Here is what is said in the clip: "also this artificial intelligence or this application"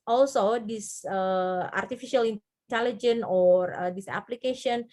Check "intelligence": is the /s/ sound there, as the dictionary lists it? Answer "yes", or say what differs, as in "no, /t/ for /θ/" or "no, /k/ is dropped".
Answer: no, /s/ is dropped